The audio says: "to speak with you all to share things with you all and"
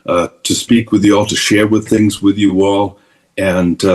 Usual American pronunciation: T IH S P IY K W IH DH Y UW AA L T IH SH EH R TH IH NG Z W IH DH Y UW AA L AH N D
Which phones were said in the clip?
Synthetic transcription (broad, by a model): T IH S P IY K W IH DH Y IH AA L T IH SH EH R TH IH NG Z W IH DH Y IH AA L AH N